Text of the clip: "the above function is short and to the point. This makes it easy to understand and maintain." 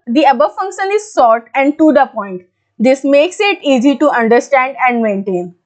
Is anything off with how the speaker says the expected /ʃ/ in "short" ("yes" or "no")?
yes